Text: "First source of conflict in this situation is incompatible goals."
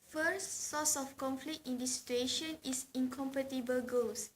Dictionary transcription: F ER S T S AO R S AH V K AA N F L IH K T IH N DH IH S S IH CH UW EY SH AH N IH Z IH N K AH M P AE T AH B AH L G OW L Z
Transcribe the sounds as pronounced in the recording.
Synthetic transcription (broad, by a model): F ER S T S AO S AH F K AA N F L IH K T IH N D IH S S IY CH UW EY SH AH N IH S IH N K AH M P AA T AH B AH L G OW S